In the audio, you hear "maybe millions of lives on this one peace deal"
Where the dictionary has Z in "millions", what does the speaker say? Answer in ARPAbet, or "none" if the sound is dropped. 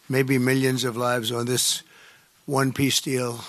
Z